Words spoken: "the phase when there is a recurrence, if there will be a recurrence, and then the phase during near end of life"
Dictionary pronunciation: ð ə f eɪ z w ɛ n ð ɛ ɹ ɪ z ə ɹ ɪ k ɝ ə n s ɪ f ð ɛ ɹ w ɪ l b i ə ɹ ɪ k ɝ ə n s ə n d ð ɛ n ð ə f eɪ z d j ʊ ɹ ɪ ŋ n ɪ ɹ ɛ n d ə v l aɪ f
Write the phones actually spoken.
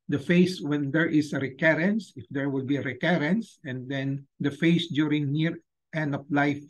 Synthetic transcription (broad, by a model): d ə f eɪ s w ɛ n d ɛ ɹ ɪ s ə ɹ ɪ k ɝ ə n s ɪ f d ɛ ɹ w ɪ l b i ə ɹ ɪ k ɝ ə n s ə n d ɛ n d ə f eɪ s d j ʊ ɹ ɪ ŋ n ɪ ɹ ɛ n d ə p l aɪ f